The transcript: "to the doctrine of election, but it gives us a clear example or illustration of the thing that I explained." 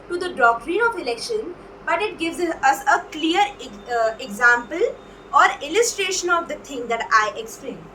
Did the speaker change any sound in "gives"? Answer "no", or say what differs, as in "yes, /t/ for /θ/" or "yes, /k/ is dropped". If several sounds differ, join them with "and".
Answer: no